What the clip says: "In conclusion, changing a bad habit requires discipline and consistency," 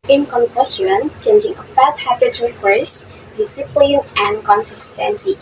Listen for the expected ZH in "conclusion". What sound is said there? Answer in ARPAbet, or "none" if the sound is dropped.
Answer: S